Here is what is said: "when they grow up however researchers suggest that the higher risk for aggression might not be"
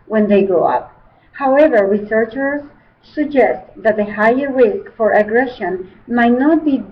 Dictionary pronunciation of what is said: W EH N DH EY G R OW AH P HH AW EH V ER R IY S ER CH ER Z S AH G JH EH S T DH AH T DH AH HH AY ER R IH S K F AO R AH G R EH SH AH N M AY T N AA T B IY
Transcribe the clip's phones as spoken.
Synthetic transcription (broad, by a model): W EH N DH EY G OW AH P HH AW EH V ER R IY S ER CH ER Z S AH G JH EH S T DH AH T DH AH HH AY ER R IH S K F AO R AH G R EH SH AH N M AY T N AA T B IY